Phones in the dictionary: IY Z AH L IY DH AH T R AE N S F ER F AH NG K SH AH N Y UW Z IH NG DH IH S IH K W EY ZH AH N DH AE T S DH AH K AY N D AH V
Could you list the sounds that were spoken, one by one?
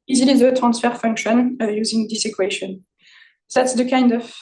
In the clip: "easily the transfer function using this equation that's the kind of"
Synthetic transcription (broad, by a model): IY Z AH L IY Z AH T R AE N S F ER F AH NG K SH AH N Y UW Z IH NG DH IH S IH K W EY SH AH N DH AE T S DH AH K AY N D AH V